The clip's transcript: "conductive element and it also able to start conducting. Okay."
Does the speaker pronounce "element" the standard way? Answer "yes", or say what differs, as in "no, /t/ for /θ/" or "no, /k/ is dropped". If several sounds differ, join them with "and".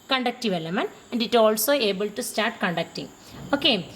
no, /t/ is dropped